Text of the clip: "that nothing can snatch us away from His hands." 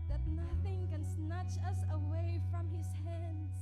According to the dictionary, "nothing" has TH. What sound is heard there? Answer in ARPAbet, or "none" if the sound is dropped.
TH